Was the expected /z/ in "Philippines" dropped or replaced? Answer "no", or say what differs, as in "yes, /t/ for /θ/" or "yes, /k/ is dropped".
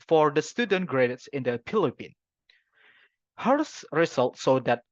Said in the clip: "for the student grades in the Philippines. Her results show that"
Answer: yes, /z/ is dropped